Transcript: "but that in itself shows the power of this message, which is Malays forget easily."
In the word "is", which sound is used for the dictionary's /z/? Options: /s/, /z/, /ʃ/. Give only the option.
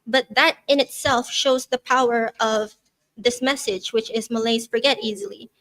/z/